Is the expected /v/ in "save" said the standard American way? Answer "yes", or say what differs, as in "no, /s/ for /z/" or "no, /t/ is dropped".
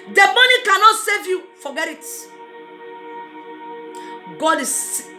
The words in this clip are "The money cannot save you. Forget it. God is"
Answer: yes